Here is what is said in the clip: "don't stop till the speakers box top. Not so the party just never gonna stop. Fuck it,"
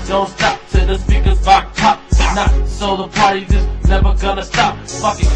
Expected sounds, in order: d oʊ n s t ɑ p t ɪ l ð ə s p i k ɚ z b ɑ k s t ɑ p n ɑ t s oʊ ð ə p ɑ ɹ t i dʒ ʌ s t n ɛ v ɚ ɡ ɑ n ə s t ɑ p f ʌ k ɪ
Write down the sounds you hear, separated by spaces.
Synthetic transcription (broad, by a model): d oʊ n s t ɑ p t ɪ ð ə s p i k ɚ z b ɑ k t ɑ p n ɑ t s oʊ ð ə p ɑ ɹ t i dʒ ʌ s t n ɛ v ɚ ɡ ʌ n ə s t ɑ p f ʌ k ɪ